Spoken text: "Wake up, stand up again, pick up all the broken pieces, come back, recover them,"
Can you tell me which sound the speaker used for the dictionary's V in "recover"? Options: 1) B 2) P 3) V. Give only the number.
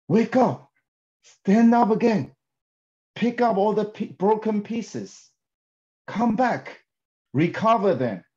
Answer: 3